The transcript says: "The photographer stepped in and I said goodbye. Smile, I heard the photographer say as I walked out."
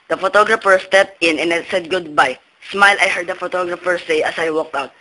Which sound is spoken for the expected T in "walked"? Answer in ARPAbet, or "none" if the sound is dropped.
T